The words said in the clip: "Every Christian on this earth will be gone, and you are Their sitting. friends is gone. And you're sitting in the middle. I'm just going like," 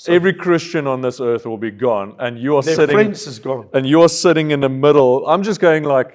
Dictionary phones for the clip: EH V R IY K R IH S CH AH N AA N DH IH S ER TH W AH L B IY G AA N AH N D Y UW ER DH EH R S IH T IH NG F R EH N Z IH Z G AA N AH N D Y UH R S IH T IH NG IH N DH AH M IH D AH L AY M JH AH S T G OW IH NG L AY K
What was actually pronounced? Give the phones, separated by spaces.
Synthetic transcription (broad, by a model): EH V R IY K R IH S CH AH N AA N DH IH S ER TH W AH L B IY G AA N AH N Y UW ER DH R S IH T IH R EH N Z IH Z G AA N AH N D Y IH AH S IH T IH NG IH N DH AH M IH D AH L AY M JH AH S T G OW IH NG L AY K